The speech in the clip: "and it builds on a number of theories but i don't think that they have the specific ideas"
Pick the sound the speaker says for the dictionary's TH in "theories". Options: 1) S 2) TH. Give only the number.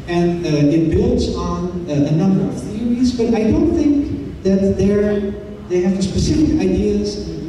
2